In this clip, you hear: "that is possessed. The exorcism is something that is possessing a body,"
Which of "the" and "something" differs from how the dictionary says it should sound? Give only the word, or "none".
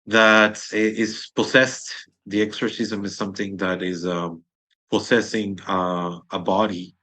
none